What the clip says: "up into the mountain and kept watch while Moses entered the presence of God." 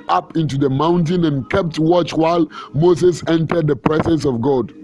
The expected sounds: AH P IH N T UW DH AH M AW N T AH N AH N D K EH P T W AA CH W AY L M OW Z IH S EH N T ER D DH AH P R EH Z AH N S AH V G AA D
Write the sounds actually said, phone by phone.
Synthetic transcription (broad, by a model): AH P IH N T UW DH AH M AW N T AH N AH N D K EH P T W AA CH W AY L M OW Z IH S EH N T ER D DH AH P R EH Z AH N S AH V G AA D